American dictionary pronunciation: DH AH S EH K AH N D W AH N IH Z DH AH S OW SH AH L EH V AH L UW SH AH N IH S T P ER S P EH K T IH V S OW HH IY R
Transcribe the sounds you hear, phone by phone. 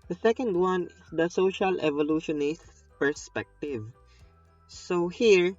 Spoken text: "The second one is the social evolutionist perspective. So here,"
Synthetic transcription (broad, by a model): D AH S EH K AH N D W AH N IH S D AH S OW SH AH L EH V AH L UW SH AH N IH S T P ER S P EH K T IH V S OW HH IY R